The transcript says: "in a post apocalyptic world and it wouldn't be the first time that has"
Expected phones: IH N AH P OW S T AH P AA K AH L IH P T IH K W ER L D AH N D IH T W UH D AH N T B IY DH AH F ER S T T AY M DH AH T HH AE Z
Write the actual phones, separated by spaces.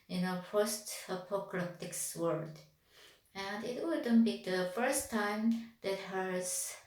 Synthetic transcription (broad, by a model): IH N AH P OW S T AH P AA K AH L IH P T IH K W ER D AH N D IH T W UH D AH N B IY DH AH F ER S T T AY M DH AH T HH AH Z